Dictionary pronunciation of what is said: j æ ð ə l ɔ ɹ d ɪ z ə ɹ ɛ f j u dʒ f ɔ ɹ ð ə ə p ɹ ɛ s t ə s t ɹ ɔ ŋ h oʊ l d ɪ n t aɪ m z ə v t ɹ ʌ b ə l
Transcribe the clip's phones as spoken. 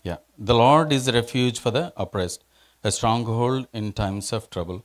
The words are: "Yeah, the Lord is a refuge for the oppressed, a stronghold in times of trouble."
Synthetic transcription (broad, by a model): j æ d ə l ɔ ɹ d ɪ z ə ɹ ɛ f j u dʒ f ɔ ɹ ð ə ə p ɹ ɛ s t ə s t ɹ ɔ ŋ h oʊ l d ɪ n t aɪ m s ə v t ɹ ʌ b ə l